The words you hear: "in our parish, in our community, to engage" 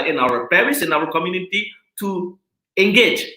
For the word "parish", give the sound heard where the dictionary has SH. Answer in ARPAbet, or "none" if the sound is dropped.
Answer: S